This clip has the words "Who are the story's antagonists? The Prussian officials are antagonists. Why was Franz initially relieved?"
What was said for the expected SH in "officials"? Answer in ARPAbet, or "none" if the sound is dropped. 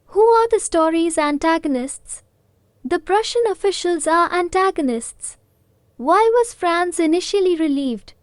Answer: SH